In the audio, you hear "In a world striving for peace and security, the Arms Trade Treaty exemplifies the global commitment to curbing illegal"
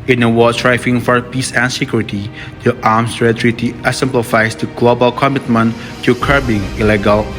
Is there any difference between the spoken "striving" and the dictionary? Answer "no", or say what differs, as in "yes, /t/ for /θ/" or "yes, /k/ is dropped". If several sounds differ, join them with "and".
yes, /f/ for /v/